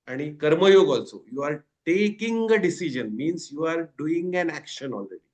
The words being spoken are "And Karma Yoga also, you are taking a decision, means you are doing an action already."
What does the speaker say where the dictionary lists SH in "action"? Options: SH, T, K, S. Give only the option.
SH